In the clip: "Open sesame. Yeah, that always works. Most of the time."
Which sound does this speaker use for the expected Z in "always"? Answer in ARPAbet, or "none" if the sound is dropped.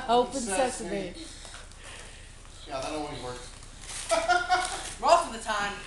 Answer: none